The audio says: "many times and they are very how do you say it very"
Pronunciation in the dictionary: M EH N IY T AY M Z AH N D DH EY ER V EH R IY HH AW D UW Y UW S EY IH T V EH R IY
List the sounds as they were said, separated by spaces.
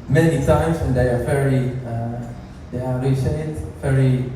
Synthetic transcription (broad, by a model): M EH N IY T AY M S AH N D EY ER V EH R IY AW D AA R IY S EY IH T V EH R IY